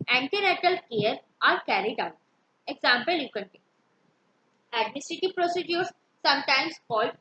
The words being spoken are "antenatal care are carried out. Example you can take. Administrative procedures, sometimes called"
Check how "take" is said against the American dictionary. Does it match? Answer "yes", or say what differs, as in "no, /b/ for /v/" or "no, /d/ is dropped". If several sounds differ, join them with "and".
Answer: no, /k/ is dropped